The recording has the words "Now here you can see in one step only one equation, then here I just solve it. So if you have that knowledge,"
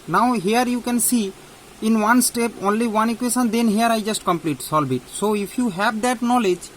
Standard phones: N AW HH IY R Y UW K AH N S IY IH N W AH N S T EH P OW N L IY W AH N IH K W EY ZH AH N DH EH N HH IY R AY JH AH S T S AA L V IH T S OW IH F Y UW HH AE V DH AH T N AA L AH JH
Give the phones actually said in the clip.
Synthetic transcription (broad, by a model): N AW HH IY R Y UW K AH N S IY IH N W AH N S T EH P OW N L IY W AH N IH K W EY SH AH N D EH N HH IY R AY JH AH S T S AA L B IH T S OW IH F Y UW HH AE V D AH T N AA L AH JH